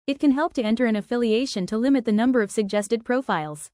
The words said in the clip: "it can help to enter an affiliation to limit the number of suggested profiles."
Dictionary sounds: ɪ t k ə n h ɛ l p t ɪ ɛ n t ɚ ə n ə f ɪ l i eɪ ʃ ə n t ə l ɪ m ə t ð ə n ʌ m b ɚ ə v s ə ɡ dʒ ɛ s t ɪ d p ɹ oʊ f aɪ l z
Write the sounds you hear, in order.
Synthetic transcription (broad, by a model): ɪ t k ə n h ɛ l p t ɪ ɛ n t ɚ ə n ə f ɪ l i eɪ ʃ ə n t ə l ɪ m ə t ð ə n ʌ m b ɚ ə v s ə ɡ dʒ ɛ s t ɪ d p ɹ oʊ f aɪ l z